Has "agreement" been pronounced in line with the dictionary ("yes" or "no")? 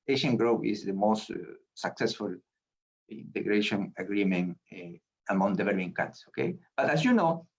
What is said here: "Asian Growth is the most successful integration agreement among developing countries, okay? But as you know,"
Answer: no